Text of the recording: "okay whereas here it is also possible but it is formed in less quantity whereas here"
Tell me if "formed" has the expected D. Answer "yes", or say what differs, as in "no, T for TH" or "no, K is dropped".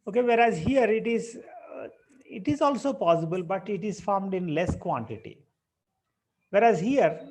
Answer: yes